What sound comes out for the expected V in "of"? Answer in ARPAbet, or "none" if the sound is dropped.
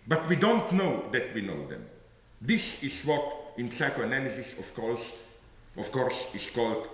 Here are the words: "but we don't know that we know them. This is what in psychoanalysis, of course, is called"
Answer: F